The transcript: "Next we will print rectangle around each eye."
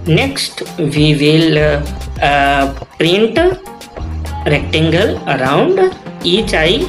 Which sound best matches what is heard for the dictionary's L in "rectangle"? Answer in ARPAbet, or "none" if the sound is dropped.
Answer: L